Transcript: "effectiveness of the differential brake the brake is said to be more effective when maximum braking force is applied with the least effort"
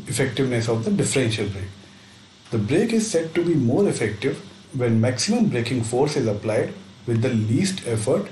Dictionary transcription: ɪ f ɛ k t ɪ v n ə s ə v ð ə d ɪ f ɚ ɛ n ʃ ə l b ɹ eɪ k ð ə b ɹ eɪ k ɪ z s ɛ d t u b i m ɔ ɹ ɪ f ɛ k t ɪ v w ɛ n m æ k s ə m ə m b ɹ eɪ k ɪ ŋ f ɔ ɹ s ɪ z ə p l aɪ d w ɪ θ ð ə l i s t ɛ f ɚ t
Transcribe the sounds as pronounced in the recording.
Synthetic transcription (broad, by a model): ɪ f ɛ k t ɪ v n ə s ə v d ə d ɪ f ɚ ɛ n ʃ ə l b ɹ eɪ k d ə b ɹ eɪ k ɪ z s ɛ d t u b i m ɔ ɹ ɪ f ɛ k t ɪ v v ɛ n m æ k s ə m ə m b ɹ eɪ k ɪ ŋ f ɔ ɹ s ɪ z ə p l aɪ d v ɪ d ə l i s t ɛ f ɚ t